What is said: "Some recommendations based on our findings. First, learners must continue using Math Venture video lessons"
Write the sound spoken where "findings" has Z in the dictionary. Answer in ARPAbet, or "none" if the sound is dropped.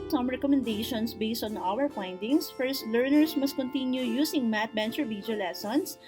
S